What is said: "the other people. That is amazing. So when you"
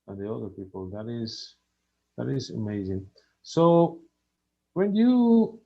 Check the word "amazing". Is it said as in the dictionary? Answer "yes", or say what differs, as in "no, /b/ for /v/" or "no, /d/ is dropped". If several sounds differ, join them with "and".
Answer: yes